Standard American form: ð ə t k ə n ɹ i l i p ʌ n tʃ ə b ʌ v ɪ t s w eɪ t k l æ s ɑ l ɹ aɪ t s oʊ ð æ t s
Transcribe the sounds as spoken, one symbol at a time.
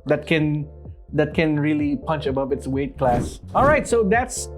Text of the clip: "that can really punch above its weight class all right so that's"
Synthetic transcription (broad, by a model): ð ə t k ə n ɹ i l i p ʌ n tʃ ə b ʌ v ɪ t s w eɪ t k l æ s ɑ l ɹ aɪ t s oʊ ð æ t s